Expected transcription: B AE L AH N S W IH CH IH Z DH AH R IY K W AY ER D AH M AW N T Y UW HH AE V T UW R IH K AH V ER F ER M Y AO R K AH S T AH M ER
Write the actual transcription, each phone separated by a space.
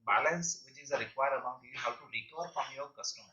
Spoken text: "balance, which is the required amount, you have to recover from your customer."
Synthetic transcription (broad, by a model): B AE L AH N S W IH CH IH Z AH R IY K W AY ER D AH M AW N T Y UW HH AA W T UW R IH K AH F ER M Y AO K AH S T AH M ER